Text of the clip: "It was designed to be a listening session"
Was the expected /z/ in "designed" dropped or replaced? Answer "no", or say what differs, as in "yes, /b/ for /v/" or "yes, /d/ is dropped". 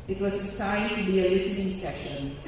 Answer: yes, /s/ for /z/